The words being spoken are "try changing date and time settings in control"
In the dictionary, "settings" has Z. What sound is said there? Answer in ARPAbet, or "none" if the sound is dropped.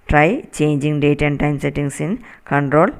S